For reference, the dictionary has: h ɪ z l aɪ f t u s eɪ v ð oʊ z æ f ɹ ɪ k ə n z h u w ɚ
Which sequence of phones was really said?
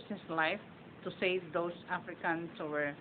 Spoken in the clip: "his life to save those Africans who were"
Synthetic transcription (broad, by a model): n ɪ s l aɪ f t u s eɪ v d oʊ s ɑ f ɹ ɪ k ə n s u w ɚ